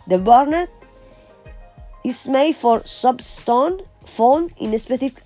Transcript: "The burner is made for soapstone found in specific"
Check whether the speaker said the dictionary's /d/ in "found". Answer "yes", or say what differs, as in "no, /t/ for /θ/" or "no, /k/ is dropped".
no, /d/ is dropped